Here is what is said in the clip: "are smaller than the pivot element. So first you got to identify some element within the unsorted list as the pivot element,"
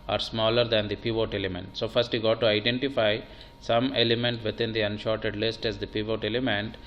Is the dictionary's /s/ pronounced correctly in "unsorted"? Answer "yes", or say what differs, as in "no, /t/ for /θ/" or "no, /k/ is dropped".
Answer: no, /ʃ/ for /s/